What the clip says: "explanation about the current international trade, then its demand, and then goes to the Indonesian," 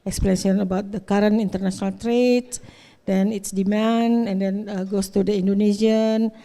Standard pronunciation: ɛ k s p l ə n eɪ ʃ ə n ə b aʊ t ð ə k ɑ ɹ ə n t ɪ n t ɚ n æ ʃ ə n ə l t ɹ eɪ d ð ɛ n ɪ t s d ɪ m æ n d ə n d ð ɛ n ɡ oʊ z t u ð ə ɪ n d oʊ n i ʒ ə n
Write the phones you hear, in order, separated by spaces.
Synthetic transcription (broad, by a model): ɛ k s p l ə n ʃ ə n ə b aʊ t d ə k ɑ ɹ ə n i n t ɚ n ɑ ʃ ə n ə l t ɹ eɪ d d ɛ n ɪ t s d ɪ m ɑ n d ə n d ɛ n ɡ oʊ s t u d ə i n d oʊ n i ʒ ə n